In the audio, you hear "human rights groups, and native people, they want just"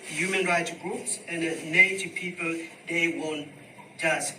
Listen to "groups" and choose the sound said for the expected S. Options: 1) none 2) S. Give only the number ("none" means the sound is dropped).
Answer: 2